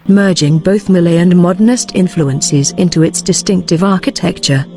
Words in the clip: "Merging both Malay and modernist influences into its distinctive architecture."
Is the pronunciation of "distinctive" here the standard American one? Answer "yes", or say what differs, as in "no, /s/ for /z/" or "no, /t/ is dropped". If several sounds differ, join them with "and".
yes